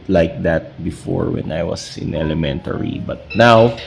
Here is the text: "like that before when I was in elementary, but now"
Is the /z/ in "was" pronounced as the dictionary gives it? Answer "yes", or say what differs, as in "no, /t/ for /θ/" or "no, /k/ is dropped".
no, /s/ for /z/